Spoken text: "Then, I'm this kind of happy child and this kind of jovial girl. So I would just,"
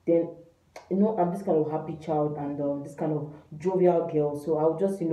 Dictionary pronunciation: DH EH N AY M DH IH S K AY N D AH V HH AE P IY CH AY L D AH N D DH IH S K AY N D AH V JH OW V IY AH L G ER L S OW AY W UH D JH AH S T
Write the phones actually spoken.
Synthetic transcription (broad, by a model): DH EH N AY M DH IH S K AY N D AH V HH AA P IY CH AY L D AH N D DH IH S K AY N D AH V JH OW V IY AH L G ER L S OW AY W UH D JH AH S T